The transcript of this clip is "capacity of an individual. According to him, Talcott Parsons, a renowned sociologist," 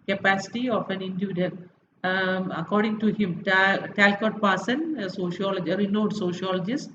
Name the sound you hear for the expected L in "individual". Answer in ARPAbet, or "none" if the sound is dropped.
N